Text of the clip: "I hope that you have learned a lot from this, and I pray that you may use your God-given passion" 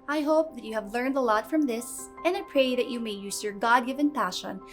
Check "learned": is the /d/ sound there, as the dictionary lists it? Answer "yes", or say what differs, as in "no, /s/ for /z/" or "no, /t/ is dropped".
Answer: yes